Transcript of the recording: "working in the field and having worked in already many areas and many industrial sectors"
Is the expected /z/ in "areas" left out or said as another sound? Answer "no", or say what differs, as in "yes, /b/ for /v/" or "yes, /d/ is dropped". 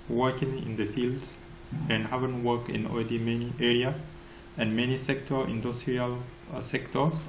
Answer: yes, /z/ is dropped